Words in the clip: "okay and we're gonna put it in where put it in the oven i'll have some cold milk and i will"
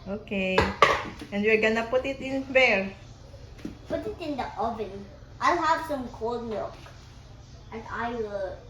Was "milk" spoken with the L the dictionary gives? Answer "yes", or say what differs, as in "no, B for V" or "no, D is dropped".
no, L is dropped